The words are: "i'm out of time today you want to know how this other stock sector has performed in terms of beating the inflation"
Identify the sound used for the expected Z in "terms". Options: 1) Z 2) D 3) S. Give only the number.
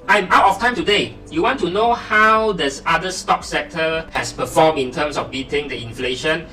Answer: 3